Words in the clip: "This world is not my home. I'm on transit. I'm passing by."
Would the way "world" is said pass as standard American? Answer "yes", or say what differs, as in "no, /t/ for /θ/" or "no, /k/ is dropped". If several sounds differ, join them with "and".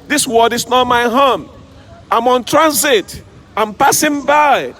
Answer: no, /l/ is dropped